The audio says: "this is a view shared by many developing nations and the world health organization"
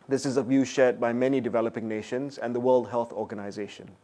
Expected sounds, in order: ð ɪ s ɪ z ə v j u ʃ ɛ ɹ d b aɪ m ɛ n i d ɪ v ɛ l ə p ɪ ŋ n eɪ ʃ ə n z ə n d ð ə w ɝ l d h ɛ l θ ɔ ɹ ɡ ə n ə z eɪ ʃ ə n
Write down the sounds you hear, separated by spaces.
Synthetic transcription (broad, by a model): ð ɪ s ɪ z ə v j u ʃ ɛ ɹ d b aɪ m ɛ n i d ɪ v ɛ l ə p ɪ ŋ n eɪ ʃ ə n z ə n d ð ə w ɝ l d h ɛ l θ ɔ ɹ ɡ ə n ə z eɪ ʃ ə n